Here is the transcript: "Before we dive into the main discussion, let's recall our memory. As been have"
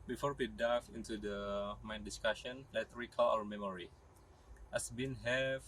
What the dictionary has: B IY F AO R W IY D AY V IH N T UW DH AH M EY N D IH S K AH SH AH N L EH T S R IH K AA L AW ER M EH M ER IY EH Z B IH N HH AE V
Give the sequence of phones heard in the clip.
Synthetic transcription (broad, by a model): B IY F AO R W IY D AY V IH N T UW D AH M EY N D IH S K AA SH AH N L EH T R IH K AA L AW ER M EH M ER IY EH S B IH N HH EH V